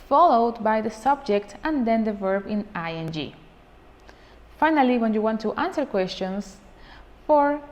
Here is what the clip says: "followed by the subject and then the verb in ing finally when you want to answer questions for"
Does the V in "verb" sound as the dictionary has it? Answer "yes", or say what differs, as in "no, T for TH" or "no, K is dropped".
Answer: yes